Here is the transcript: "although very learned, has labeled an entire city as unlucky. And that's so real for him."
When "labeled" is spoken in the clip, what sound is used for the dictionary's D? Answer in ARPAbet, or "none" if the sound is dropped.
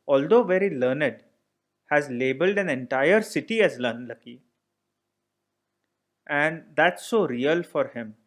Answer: D